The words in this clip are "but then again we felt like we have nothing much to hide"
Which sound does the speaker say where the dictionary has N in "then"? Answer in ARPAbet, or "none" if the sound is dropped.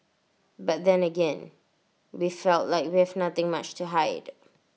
N